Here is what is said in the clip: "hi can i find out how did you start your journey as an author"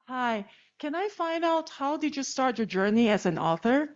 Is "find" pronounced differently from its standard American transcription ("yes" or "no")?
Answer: no